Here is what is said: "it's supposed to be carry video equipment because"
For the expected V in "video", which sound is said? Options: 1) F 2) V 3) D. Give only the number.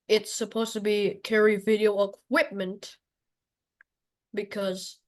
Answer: 2